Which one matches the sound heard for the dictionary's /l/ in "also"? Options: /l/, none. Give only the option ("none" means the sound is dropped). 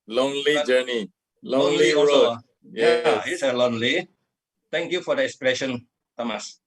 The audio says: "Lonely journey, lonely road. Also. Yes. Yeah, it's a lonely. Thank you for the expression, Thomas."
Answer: none